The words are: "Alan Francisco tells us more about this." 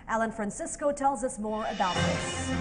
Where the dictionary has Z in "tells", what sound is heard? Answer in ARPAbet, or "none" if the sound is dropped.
Z